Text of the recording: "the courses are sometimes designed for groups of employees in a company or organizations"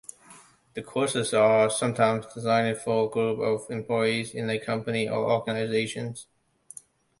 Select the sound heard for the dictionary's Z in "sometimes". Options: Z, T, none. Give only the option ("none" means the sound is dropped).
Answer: Z